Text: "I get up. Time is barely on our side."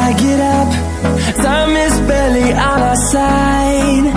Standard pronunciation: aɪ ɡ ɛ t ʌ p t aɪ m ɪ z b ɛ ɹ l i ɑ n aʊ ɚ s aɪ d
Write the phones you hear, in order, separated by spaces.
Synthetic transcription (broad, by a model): aɪ ɡ ɛ t ʌ p s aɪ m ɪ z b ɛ l i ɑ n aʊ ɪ s aɪ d